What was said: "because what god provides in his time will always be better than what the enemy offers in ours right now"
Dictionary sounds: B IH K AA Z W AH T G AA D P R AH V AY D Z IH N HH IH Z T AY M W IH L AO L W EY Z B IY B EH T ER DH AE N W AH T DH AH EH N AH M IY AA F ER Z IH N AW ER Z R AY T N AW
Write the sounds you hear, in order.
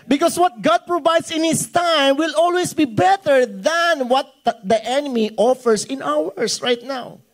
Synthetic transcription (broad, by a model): B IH K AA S W AH T G AA D P R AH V AY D S IH N HH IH S T AY M W IH L AO L W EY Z B IY B EH T ER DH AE N W AH T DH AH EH N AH M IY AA F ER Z IH N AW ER S R AY T N AW